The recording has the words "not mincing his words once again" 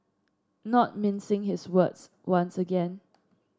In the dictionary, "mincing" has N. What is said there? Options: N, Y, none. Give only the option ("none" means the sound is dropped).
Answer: N